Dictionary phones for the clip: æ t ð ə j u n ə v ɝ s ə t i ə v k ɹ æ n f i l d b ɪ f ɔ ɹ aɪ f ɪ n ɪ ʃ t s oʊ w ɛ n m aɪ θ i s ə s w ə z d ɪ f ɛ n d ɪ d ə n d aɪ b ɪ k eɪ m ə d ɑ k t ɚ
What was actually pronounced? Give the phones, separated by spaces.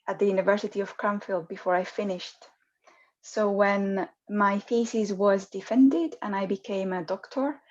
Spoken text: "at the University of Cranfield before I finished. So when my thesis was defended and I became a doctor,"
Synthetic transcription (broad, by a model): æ t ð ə j u n ə v ɝ s ə t i ə v k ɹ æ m f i l d b ɪ f ɔ ɹ aɪ f ɪ n ɪ ʃ t s oʊ w ɛ n m aɪ f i s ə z w ə z d ɪ f ɛ n d ɪ d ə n aɪ b ɪ k eɪ m ə d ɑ k t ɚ